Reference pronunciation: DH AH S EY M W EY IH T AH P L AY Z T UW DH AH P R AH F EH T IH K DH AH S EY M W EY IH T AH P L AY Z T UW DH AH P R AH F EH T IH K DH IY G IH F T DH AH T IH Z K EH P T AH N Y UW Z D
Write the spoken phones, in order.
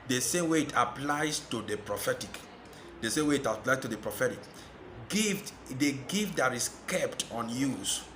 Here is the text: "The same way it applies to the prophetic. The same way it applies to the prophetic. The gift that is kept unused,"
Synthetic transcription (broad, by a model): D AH S EY M W EY IH T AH P L AY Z T UW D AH P R AH F EH T IH K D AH S EY M W EY IH T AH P L AY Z T UW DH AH P R AH F EH T IH K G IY G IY F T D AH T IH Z K EH P T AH N Y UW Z